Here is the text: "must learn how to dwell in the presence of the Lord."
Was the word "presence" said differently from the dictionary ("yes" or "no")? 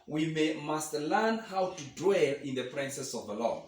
yes